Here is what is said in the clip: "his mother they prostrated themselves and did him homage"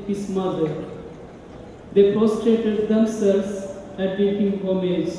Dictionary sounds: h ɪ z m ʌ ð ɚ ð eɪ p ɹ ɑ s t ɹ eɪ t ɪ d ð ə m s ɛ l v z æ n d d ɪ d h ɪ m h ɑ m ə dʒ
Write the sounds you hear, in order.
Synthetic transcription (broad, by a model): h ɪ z m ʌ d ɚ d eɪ p ɹ ɑ s t ɹ eɪ t ɪ d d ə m s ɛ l z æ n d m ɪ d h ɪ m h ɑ m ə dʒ